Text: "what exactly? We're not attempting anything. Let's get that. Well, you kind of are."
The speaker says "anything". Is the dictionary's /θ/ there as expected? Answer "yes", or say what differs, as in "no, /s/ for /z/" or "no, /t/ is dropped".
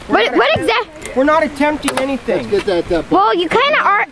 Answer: no, /s/ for /θ/